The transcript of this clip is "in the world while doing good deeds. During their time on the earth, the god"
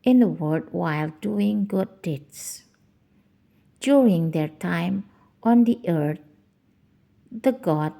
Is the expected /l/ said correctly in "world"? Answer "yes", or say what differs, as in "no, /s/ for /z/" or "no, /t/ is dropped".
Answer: no, /l/ is dropped